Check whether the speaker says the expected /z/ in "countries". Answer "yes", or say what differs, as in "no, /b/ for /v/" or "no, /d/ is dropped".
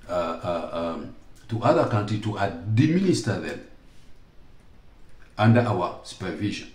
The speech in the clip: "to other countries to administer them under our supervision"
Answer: no, /z/ is dropped